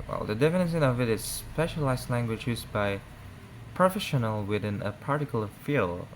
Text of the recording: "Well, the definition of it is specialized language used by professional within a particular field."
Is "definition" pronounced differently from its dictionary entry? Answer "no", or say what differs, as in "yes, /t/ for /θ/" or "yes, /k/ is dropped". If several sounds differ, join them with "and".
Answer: yes, /s/ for /ʃ/